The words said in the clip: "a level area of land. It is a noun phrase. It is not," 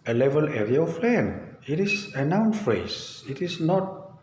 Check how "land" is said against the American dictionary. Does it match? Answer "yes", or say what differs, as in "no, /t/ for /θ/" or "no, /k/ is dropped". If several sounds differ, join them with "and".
no, /d/ is dropped